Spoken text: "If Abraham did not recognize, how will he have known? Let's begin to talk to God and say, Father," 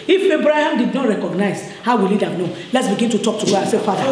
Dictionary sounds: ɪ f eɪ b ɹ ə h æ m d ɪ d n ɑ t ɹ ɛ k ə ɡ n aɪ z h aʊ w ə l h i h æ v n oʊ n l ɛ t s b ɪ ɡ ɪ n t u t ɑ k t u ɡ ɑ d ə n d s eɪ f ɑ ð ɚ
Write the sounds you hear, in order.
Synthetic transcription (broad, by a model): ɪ f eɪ b ɹ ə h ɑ m d ɪ d n ɑ t ɹ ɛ k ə ɡ n aɪ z h aʊ w ə l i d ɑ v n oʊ l ɛ t s b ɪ ɡ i n t u t ɑ k t u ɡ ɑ ə s eɪ f ɑ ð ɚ